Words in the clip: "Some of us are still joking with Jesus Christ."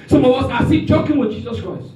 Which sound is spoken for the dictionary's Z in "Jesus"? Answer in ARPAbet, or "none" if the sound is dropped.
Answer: Z